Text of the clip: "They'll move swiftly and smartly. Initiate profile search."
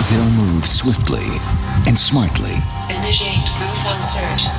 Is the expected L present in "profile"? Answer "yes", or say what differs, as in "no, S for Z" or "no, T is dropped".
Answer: no, N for L